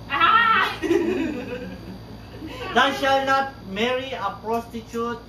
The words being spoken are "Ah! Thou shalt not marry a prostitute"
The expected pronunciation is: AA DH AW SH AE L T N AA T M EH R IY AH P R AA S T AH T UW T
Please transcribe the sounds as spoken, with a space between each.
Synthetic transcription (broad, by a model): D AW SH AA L N AA T M EH R IY AH P R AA S T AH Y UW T